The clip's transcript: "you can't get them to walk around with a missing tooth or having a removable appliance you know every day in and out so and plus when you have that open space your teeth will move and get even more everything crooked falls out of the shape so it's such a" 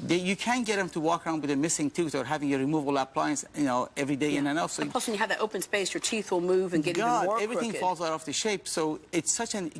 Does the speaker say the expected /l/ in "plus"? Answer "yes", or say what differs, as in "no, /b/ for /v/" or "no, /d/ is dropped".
no, /l/ is dropped